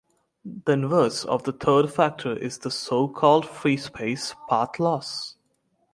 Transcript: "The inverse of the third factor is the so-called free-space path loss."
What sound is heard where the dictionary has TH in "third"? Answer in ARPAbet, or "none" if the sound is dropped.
T